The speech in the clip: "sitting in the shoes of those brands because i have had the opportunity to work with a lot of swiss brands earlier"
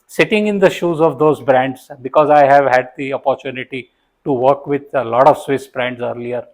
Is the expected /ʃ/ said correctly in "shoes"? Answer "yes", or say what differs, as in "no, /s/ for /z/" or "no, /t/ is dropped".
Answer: yes